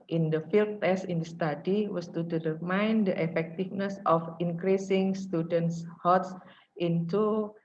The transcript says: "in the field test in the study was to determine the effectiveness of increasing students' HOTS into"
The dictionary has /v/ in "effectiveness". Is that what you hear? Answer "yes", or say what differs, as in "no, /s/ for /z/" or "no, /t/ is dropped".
no, /f/ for /v/